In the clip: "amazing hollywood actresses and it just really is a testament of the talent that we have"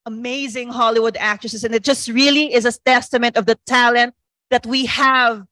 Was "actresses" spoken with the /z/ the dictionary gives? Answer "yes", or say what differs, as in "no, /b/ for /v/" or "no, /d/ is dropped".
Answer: no, /s/ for /z/